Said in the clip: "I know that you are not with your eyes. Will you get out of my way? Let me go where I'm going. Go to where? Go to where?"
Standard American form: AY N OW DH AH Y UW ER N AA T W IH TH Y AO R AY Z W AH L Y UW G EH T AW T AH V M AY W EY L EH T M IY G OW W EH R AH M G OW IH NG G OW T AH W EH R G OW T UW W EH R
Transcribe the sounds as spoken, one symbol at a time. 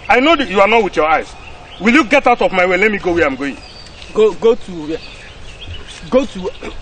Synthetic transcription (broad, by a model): AY N OW Y UW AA N AA T W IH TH Y AO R AY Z W AH L Y UW G EH T AW T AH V M AY W EY L EH T M IY G OW W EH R AH M G OW IH NG G OW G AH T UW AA G OW T UW